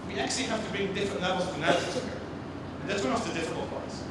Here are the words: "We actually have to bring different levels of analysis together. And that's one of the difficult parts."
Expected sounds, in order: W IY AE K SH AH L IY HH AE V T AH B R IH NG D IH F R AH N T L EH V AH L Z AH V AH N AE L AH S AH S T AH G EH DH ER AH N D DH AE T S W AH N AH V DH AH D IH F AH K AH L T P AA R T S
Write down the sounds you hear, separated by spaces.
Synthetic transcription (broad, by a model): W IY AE K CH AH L IY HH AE F T AH B R IH NG D IH F R AH N T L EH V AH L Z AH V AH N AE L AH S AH T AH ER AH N DH AE T S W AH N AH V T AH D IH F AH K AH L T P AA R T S